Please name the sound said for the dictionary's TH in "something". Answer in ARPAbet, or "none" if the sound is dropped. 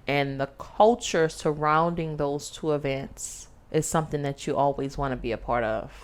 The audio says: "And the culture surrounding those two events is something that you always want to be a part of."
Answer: TH